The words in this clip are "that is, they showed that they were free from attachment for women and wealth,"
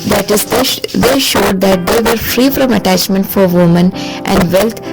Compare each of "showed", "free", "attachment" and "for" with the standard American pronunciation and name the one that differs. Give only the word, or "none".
none